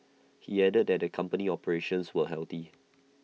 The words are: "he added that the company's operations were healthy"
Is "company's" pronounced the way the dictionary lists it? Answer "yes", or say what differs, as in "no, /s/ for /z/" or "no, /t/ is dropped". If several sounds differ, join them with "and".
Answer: no, /z/ is dropped